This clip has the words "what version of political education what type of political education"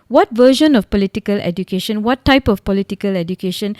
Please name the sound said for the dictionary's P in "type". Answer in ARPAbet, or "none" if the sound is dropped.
P